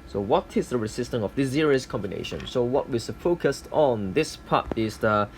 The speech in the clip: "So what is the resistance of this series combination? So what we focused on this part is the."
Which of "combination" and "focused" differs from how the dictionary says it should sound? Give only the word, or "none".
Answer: none